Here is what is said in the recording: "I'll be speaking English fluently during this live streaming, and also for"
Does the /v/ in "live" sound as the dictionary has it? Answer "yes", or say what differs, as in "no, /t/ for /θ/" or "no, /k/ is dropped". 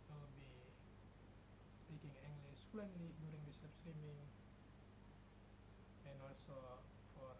no, /p/ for /v/